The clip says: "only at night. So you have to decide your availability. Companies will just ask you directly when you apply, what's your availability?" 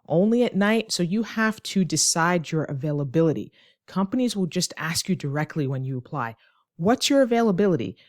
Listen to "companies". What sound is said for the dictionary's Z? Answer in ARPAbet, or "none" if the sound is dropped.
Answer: Z